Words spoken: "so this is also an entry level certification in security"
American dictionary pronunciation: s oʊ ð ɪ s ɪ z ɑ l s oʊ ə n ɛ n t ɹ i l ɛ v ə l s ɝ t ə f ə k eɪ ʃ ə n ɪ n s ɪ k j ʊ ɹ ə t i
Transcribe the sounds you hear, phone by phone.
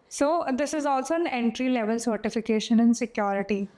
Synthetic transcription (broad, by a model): s oʊ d ɪ s ɪ z ɑ l s oʊ ə n ɛ n t ɹ i l ɛ v ə l s ɝ t ə f ə k eɪ ʃ ə n ɪ n s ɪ k j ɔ ɹ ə t i